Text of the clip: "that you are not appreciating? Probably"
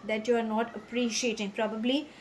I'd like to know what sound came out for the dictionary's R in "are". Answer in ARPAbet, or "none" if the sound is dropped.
R